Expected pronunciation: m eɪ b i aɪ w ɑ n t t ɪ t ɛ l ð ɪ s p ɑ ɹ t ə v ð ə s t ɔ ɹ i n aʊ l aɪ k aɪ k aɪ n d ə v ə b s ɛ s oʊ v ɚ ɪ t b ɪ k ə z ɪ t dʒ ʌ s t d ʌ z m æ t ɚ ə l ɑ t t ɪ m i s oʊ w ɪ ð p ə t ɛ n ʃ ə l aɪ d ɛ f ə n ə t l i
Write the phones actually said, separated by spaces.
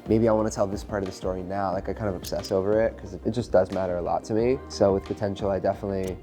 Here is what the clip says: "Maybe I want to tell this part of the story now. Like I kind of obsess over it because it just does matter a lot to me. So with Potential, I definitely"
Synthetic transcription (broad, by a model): m eɪ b i aɪ w ɑ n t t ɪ t ɛ l ð ɪ s p ɑ ɹ t ə v ð ə s t ɔ ɹ i n aʊ l aɪ k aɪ k aɪ n d ə v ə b s ɛ s oʊ v ɚ ɪ t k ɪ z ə ɪ t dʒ ʌ s d ʌ z m æ t ɚ ə l ɑ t t ɪ m i s oʊ w ɪ ð p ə t ɛ n ʃ l aɪ d ɛ f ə n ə t l i